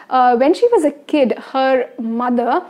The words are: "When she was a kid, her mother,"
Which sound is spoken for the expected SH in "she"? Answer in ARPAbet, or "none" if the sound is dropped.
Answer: SH